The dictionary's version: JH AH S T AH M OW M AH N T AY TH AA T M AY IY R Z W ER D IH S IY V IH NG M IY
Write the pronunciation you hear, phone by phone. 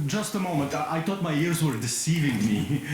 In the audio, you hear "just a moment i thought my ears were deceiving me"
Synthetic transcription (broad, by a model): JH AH S T AH M OW M AH N T AY T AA T M AY IY R Z W ER D IH S IY V IH NG M IY